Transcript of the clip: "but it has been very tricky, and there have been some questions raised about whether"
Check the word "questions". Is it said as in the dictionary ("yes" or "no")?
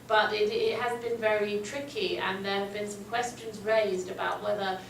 yes